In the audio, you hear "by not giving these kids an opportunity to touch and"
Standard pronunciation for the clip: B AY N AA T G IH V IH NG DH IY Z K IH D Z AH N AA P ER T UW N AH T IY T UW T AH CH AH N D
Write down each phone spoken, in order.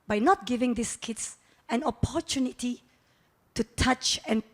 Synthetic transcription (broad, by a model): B AY N AA T G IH V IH NG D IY S K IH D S AH N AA P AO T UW N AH T IY T UW T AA CH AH N